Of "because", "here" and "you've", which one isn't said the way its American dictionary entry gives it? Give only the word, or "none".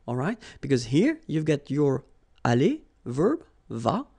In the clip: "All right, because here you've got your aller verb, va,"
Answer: none